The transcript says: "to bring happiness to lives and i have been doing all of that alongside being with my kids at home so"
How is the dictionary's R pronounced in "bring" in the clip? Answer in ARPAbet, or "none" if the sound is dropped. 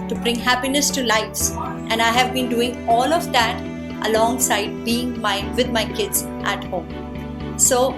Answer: R